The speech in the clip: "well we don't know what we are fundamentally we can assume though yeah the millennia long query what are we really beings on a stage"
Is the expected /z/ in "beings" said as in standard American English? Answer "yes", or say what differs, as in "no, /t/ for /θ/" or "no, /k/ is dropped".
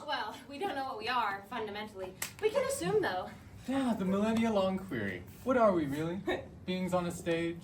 yes